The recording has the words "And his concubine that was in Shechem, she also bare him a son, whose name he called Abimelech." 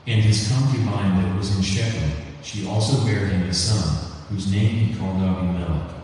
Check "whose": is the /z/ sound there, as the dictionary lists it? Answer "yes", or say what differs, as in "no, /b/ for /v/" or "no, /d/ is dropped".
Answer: yes